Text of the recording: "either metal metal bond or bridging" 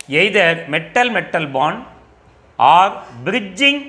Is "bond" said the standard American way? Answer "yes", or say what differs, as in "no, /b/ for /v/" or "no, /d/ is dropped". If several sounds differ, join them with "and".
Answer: no, /d/ is dropped